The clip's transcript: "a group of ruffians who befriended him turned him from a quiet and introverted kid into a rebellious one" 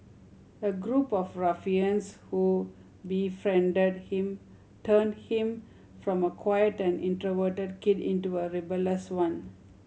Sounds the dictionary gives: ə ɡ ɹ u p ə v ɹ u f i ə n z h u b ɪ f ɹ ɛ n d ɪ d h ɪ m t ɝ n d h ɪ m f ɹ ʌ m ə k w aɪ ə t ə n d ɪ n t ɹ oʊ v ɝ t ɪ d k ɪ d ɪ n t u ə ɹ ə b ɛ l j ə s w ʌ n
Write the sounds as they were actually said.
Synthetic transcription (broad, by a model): ə ɡ ɹ u p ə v ɹ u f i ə n s h u b ɪ f ɹ ɛ n d ɪ d h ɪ m t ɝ n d h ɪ m f ɹ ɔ m ə k w aɪ ə t ə n d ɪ n t ɹ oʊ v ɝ t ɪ d k ɪ d ɪ n t u ə ɹ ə b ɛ l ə s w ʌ n